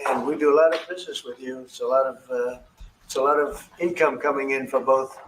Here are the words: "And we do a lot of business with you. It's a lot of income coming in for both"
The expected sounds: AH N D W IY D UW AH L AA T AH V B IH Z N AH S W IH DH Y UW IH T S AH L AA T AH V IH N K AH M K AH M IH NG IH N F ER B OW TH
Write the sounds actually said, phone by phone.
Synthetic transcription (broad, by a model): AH N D W IY D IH AH L AA T AH V B IH Z N AH S W IH DH Y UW IH T S AH L AA T AH V IH N K AH M K AH M IH NG IH N F ER B OW TH